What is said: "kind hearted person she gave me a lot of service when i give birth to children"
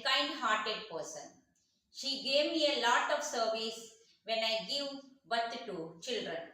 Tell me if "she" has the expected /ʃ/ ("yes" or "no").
yes